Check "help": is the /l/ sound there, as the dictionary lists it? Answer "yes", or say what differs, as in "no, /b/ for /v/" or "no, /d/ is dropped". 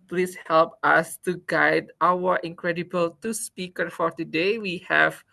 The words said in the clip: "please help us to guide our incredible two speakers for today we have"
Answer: yes